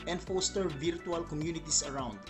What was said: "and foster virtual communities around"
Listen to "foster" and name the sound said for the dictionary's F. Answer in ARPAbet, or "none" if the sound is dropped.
F